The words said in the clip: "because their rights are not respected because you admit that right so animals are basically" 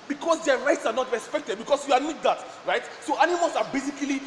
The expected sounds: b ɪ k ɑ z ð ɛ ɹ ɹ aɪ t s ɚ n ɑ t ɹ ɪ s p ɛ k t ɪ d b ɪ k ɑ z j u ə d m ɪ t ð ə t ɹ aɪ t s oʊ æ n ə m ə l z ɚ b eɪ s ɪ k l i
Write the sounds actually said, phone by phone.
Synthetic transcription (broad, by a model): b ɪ k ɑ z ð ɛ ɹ ɹ aɪ t s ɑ n ɑ t ɹ ɪ s p ɛ k t ɪ d b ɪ k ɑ s j u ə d m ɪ t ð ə t ɹ aɪ t s oʊ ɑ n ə m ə l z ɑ b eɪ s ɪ k l i